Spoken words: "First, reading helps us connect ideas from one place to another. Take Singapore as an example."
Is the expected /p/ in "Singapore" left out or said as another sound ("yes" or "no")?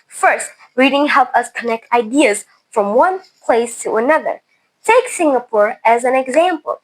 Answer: no